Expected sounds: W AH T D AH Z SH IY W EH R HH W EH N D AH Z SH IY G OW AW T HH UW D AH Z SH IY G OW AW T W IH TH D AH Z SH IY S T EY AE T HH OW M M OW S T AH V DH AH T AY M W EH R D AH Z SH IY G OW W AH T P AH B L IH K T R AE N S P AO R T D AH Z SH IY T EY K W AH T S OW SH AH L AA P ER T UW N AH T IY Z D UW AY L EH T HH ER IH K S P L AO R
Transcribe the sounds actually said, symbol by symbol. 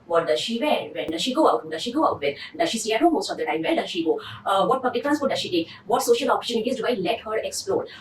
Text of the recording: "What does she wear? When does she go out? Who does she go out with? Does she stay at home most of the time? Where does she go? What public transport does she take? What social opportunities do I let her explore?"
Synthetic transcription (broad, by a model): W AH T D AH SH IY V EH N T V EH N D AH SH IY G OW AW T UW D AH SH IY G OW AW T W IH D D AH SH IY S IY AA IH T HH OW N M OW S T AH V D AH T AY M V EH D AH SH IY G OW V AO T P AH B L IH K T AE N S AO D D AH SH IY T EY K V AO T S OW SH AH L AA P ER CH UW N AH T IY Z D UW AY L EH T HH ER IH K S P L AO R